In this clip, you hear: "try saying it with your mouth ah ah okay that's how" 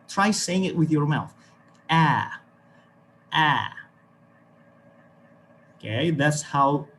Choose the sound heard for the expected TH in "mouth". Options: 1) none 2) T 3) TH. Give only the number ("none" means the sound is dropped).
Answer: 3